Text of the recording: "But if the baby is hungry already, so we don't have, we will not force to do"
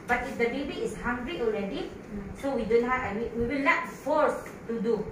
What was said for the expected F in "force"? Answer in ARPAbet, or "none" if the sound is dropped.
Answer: F